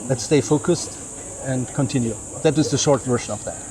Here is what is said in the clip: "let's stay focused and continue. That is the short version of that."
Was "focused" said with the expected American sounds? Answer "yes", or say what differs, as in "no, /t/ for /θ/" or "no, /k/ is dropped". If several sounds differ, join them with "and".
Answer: yes